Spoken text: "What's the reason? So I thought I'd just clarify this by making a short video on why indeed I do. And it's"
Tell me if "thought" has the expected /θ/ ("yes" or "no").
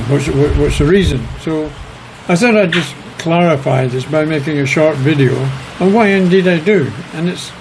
yes